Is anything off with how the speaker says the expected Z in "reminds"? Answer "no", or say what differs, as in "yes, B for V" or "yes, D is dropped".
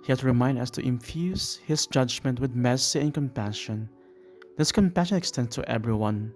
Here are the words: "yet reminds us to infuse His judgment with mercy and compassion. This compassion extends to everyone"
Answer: yes, Z is dropped